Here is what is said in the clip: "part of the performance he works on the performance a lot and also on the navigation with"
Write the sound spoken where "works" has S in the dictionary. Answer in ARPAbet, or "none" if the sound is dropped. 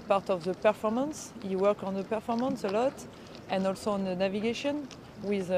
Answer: none